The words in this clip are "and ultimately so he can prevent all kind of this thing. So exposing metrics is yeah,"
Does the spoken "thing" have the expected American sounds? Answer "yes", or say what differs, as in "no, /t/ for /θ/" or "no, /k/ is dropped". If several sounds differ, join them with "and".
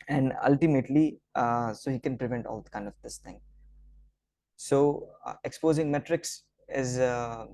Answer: no, /t/ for /θ/